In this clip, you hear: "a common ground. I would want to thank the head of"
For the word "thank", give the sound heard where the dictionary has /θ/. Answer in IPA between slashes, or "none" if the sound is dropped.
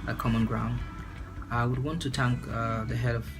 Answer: /t/